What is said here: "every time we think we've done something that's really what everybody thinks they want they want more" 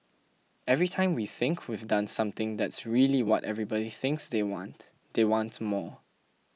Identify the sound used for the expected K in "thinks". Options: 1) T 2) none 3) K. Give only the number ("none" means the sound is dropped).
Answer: 3